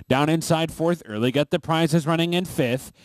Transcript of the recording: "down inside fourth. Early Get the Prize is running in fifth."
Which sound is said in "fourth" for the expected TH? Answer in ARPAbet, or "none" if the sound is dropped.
TH